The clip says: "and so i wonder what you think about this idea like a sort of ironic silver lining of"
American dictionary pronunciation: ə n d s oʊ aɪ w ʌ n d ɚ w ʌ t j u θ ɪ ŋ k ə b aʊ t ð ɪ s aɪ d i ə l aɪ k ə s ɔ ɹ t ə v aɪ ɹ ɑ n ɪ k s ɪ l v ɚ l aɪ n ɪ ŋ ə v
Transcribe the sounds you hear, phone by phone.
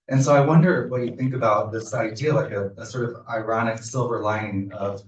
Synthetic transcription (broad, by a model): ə n s oʊ aɪ w ʌ n d ɚ w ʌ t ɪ θ ɪ ŋ k ə b aʊ t ð ɪ s aɪ d i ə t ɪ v ə s ɔ ɹ t ə v aɪ ɹ ɑ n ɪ k s ɪ l v ɚ l aɪ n ə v